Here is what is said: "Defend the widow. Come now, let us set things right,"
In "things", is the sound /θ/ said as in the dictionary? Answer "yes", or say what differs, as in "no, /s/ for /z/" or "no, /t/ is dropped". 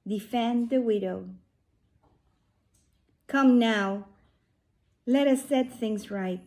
yes